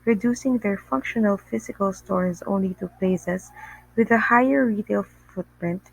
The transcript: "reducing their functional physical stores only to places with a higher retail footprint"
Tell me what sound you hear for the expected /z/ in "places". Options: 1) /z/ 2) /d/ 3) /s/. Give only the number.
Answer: 3